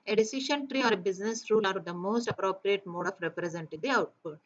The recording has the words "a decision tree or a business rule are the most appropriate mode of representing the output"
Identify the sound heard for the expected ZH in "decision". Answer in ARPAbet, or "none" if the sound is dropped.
SH